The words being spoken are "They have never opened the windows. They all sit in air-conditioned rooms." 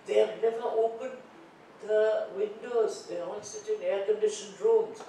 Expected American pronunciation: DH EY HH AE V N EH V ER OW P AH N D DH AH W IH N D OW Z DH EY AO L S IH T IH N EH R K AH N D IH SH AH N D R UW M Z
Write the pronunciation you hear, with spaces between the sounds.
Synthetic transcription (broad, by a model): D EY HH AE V N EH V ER OW P AH N D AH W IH N D OW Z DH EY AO N S IH T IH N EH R K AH N D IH SH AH N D R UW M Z